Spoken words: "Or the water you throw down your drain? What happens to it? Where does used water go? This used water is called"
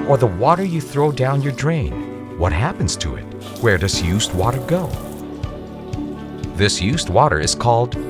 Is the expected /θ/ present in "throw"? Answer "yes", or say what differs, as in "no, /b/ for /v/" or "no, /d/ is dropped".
yes